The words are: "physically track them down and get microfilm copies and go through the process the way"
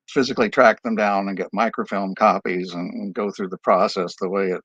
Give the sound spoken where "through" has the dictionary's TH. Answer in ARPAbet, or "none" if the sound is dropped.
TH